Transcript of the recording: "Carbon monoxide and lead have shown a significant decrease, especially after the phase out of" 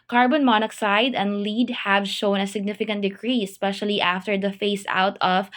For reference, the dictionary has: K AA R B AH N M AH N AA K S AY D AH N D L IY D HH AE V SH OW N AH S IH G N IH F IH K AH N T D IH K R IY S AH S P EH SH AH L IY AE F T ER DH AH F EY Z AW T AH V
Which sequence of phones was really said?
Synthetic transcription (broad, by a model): K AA R B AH N M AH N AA K S AY D AH N D L IY D HH AE V SH OW N AH S IH G N IH F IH K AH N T D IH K R IY AH S P EH SH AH L IY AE F T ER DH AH F EY S AW T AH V